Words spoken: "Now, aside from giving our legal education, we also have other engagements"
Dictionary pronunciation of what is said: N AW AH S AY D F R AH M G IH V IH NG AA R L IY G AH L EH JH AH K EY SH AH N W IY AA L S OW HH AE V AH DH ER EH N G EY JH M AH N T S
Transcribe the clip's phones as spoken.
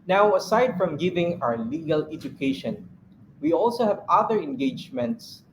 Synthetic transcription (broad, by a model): N AW AH S AY D F R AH M G IH V IH NG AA W L IY G AH L EH JH AH K EY SH AH N W IY AA L S OW HH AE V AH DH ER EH N G EY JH M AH N T S